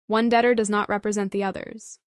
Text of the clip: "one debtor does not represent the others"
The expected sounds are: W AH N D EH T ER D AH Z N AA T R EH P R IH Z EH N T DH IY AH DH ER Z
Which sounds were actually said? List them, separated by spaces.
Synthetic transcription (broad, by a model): W AH N D EH T ER D AH Z N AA T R EH P R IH Z EH N DH IY AH DH ER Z